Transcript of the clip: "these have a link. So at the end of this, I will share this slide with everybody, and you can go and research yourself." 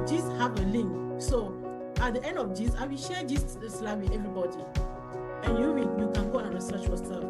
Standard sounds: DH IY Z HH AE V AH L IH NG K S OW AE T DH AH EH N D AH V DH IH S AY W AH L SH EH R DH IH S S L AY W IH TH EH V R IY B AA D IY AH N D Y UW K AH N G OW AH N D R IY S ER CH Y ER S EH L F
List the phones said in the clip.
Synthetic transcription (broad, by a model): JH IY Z HH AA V AH L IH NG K S OW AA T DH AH EH N D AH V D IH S AY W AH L SH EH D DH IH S S L AY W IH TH EH V R IY B AA D IY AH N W Y UW K AH N G OW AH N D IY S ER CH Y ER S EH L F